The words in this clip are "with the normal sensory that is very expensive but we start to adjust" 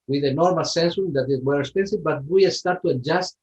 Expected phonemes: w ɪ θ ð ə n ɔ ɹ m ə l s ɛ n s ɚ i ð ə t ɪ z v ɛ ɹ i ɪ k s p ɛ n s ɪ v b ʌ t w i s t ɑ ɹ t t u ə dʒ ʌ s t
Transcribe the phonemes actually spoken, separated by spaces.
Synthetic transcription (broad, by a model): w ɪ ð ə n ɔ ɹ m ə l s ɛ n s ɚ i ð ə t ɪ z w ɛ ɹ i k s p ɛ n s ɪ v b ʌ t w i s t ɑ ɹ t t u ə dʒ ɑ s t